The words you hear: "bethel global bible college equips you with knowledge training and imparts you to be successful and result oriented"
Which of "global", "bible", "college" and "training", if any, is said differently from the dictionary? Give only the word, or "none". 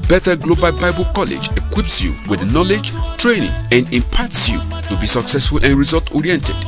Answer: none